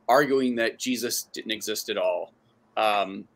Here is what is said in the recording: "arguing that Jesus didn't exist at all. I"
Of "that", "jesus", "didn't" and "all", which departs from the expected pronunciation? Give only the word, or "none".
none